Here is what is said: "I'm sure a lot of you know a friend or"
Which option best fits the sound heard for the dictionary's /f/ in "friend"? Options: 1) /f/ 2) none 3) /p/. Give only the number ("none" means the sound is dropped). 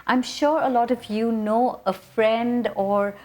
1